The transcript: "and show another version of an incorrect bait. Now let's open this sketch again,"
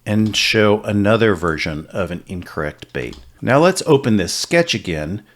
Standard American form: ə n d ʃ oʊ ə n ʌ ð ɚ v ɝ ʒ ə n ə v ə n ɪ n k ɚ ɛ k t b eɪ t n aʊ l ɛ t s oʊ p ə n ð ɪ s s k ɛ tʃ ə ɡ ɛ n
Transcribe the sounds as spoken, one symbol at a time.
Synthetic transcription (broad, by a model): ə n ʃ oʊ ə n ʌ ð ɚ v ɝ ʒ ə n ə v ə n ɪ n k ɚ ɛ k t b eɪ t n aʊ l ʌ t s oʊ p ə n ð ɪ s s k ɛ tʃ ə ɡ ɛ n